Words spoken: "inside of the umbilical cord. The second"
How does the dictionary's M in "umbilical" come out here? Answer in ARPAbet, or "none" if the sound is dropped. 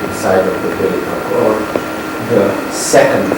none